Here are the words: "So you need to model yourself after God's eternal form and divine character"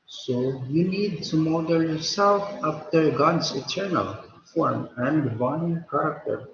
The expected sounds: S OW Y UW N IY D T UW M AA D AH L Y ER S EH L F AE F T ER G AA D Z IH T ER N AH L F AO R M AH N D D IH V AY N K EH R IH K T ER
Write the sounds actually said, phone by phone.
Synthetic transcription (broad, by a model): S OW Y UW N IY D T UW M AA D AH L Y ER S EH L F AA P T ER G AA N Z IH T ER N AH L F AO R M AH N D D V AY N K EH R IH K T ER